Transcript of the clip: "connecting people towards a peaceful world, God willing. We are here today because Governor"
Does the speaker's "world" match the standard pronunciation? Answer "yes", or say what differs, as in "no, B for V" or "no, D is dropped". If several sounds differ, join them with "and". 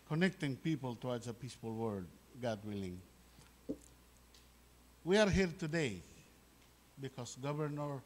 no, L is dropped